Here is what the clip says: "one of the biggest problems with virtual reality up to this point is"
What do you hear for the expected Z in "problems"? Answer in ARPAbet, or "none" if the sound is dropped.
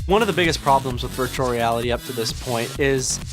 Z